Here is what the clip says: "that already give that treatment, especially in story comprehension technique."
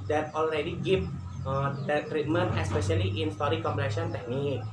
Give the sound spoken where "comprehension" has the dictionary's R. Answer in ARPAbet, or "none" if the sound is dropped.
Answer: none